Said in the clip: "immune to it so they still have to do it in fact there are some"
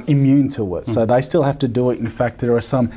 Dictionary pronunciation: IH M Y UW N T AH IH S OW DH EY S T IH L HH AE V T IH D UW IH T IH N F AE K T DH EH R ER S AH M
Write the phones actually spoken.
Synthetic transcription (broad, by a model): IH M Y UW N T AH IH S OW DH EY S T IH L HH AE F T IH D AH IH T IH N F AE K T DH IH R ER S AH M